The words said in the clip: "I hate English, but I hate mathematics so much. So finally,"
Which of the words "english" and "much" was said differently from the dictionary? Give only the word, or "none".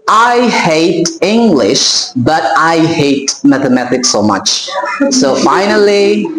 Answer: none